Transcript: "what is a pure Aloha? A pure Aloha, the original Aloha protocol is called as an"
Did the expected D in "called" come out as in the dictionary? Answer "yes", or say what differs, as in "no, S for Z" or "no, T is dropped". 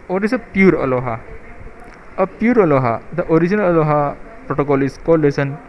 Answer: no, D is dropped